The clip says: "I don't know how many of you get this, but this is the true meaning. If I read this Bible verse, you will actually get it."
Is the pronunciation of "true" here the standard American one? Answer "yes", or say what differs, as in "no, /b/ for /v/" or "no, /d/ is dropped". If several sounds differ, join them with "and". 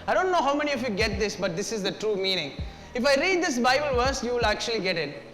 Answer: yes